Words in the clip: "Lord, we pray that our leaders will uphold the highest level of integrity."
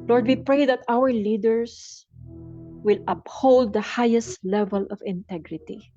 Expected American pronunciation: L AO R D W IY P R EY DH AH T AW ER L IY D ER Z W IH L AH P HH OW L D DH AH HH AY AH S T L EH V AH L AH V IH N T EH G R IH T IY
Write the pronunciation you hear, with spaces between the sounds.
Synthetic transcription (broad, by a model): L AO R D W IY P R EY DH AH T AW ER L IY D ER S W IH L AH P HH OW L D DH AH HH AY AH S T L EH V AH L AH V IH N T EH G R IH T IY